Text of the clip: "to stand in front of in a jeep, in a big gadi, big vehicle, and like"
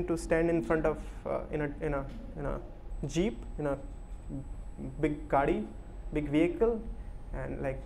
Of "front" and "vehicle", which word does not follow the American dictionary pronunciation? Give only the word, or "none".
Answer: none